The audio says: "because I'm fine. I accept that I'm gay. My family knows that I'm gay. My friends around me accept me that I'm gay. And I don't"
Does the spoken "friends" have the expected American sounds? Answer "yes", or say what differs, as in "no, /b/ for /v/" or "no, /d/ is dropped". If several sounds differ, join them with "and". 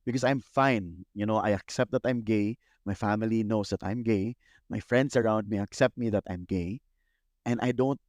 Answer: no, /s/ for /z/